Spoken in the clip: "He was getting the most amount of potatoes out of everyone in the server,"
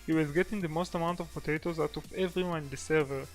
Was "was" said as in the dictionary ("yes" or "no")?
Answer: yes